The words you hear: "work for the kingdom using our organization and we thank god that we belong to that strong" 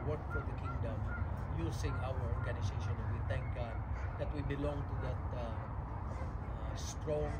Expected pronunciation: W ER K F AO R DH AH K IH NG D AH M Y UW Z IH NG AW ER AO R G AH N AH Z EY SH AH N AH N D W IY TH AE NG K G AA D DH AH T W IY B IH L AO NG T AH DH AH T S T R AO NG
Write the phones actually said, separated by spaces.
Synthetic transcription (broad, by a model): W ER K F AO R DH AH K IH NG D AH M Y UW S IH NG AW ER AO R G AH N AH S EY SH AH N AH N W IY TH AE NG K G AA D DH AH T W IY B IH L AO NG T AH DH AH T S T R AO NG